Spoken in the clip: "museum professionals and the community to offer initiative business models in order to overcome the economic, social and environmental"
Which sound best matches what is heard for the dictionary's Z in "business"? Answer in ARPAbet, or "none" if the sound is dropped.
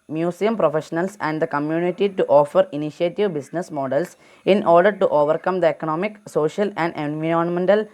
S